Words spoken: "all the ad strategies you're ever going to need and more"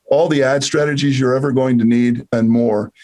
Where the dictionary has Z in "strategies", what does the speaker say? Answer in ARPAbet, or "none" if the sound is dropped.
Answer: Z